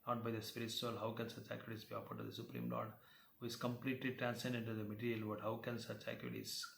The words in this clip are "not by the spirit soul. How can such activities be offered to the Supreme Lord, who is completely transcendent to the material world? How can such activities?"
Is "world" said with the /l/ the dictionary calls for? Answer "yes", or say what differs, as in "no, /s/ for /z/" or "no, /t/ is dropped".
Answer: no, /l/ is dropped